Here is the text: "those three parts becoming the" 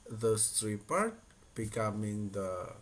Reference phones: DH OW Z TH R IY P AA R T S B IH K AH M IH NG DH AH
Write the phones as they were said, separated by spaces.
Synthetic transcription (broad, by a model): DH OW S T R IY P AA R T B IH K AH M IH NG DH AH